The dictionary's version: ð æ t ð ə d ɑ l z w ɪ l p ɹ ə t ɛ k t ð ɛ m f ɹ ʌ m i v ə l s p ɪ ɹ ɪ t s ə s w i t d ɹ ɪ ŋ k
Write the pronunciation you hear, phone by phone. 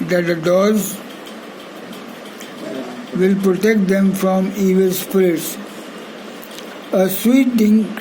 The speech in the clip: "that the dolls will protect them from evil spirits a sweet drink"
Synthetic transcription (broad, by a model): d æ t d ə d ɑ z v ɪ l p ɹ ə t ɛ k t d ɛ m f ɹ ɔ m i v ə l s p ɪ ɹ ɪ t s ə s w i t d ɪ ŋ